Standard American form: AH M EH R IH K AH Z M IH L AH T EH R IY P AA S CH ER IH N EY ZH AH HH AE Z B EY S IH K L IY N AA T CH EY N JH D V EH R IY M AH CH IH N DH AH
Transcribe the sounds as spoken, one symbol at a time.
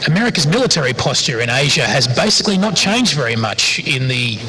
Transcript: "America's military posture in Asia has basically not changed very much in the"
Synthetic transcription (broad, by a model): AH M EH R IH K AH Z M IH L AH T EH R IY P AA S CH ER IH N EY ZH AH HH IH Z B EY S IH K L IY N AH T CH EY N JH D V EH R IY M AH CH IH N DH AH